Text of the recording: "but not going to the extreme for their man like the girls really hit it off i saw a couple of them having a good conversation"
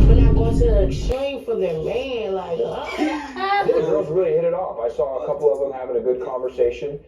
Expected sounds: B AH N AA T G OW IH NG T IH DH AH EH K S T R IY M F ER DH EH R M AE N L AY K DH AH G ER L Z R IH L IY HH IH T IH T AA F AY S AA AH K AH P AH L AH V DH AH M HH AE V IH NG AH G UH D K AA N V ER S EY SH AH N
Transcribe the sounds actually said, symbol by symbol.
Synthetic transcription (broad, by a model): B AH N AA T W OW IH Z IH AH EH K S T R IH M F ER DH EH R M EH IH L AY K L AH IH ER Z R IH L IY HH IH T IH T AA F AY S AA AH K AH P L AH V DH AH M HH AE V IH NG AH G UH D K AA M V ER S EY SH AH N